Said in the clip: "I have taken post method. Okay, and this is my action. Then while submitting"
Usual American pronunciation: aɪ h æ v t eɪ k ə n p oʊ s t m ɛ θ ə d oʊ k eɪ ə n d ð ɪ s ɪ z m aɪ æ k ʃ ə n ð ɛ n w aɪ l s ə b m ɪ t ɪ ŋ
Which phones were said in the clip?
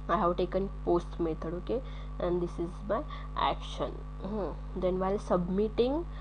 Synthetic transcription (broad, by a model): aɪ h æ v t eɪ k ə n p oʊ s t m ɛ t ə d oʊ k eɪ ə n d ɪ s ɪ z m aɪ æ k ʃ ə n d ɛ n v aɪ l s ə b m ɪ t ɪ ŋ